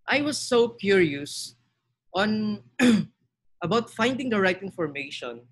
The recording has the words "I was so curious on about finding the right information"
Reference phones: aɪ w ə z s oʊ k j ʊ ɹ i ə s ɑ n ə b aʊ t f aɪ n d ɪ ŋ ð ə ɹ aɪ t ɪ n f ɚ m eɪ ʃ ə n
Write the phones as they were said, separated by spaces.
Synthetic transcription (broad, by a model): aɪ w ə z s oʊ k j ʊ ɹ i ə s ɑ n ə b aʊ t f aɪ n d ɪ ŋ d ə ɹ aɪ t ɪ n f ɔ m eɪ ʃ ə n